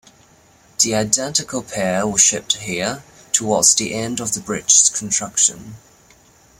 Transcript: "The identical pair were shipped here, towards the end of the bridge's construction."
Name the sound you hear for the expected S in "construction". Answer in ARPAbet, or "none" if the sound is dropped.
none